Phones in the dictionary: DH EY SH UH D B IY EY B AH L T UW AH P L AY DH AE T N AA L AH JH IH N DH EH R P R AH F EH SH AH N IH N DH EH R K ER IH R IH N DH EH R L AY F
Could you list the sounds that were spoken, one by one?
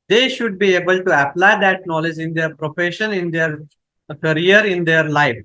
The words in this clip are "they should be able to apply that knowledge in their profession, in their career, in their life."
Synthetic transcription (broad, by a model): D EY SH UH D B IY EY B AH L T UW AH P L AY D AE T N AA L AH JH IH N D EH R P R AH F EH SH AH N IH N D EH R K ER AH R IH N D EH R L AY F